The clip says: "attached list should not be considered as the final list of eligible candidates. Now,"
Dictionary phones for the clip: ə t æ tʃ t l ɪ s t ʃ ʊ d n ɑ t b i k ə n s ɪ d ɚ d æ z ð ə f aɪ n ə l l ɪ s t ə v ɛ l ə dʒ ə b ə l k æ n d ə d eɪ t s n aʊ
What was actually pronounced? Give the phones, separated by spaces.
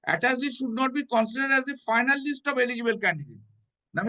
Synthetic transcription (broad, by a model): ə t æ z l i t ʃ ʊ d n ɑ t b i k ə n s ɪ d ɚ d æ z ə f aɪ n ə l l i s t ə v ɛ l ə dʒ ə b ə l k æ n d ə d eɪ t n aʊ